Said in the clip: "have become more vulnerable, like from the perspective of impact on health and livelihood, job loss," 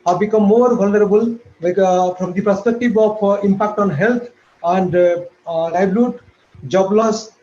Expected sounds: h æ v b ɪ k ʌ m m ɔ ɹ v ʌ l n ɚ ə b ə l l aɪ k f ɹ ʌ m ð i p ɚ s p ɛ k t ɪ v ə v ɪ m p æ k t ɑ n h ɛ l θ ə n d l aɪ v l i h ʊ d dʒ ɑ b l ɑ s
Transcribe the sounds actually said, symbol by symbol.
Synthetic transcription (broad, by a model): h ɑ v b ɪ k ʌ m m ɔ ɹ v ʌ l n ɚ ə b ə l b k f ɹ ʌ m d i p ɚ s p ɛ k t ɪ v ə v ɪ m p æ k t ɑ n h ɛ l t ə n d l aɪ b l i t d dʒ ɑ b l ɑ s